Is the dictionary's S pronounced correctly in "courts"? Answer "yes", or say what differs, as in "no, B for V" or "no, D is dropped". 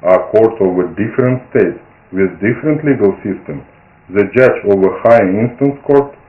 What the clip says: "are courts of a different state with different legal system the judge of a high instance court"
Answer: no, S is dropped